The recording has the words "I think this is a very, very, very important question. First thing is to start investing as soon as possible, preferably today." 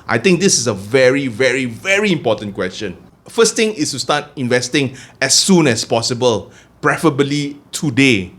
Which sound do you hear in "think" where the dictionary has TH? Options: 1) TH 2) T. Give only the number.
2